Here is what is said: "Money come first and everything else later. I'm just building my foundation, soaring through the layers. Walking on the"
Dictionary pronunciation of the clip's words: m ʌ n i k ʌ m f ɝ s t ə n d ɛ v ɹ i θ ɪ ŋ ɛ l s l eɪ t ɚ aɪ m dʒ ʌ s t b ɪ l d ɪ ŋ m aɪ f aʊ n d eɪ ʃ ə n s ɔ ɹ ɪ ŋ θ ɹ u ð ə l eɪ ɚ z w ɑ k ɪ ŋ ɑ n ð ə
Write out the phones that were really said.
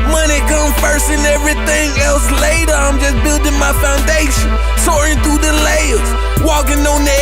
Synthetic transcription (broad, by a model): m ʌ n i k ʌ m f ɝ s ə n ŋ ɛ v ɹ i θ ɪ ŋ ɛ l s l eɪ t ɚ aɪ m dʒ ʌ s b ɪ l d ɪ ŋ m aɪ f aʊ n d eɪ ʃ ə n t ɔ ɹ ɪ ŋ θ u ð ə l eɪ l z w ɑ k ɪ ŋ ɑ n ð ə